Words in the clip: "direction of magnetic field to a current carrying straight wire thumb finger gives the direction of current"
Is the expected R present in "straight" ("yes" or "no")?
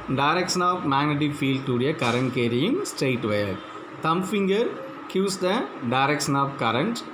no